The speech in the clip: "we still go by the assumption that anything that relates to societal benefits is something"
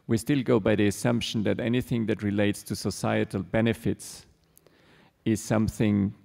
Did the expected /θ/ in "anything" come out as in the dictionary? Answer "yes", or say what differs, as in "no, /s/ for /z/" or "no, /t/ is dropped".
yes